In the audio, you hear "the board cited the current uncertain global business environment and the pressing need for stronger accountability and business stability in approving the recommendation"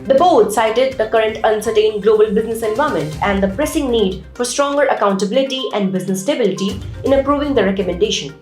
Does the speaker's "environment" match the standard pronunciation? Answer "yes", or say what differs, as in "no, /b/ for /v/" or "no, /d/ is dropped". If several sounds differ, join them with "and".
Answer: no, /ɹ/ is dropped and /n/ is dropped